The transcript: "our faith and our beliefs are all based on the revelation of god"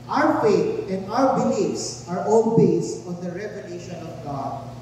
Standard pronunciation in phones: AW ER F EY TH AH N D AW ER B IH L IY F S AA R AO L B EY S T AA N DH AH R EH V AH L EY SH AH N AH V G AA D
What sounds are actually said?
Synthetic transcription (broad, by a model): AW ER F EY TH AH N D AW ER B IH L IY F S AA R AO N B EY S AA N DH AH R EH V AH L EY SH AH N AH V G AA D